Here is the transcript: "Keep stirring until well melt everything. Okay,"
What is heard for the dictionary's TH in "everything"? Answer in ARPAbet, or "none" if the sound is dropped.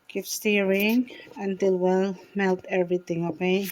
T